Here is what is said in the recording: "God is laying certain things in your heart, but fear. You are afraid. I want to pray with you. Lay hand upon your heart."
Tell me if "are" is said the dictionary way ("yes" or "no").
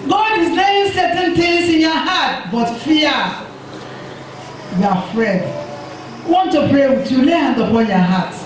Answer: no